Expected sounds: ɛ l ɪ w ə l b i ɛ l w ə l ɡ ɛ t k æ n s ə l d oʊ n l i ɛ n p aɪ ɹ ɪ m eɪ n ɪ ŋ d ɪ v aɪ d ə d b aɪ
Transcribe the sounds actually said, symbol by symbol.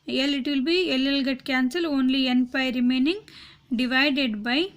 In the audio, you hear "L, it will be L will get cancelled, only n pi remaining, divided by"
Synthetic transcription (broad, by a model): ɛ l ɪ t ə l b i ɛ l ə l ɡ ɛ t k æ n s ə l oʊ n l i ɛ n p aɪ ɹ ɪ m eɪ n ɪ ŋ d ɪ v aɪ d ə d b aɪ